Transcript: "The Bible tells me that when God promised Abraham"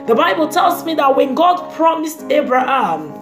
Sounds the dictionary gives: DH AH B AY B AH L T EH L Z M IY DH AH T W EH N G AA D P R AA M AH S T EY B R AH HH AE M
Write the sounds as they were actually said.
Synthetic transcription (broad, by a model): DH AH B AY B AH L T EH L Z M IY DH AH T W EH N G AA D P R AA M AH S T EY B R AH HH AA M